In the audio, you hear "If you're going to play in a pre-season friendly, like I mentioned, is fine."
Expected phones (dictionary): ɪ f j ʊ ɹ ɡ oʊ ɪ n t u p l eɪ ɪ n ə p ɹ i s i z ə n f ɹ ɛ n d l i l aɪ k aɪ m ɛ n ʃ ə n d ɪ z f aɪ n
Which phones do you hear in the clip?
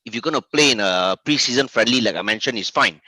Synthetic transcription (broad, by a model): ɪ f j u ɡ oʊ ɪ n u p l eɪ ɪ n ə p ɹ i s i z ə n f ɹ ɛ n d l i l aɪ k aɪ m ɛ n ʃ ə n ɪ s f aɪ n